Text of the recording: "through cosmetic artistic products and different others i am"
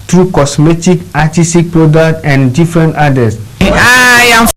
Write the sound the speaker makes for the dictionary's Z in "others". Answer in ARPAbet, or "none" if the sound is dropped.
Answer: S